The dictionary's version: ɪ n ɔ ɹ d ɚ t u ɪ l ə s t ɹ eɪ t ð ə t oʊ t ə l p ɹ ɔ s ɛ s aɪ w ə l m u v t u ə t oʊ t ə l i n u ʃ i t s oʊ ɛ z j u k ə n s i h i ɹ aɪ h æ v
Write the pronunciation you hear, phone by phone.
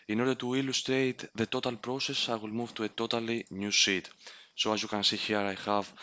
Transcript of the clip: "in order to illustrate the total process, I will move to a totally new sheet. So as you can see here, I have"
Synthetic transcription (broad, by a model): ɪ n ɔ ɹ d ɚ t u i l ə s t ɹ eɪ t ð ə t oʊ t ə l p ɹ ɔ s ɛ s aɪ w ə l m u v t u ə t oʊ t ə l i n u s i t s oʊ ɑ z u k ə n s i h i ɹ aɪ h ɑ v